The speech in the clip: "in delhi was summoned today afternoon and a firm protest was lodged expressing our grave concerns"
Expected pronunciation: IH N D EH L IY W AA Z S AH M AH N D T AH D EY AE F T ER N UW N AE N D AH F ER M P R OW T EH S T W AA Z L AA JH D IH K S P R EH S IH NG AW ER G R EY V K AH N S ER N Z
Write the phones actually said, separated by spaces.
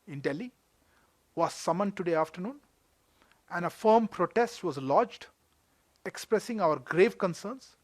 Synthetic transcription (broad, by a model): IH N D EH L IY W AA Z S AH M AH N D T AH D EY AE F T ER N UW N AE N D AH F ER M P R OW T EH S T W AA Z L AA JH D IH K S P R EH S IH NG AW ER G R EY V K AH N S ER N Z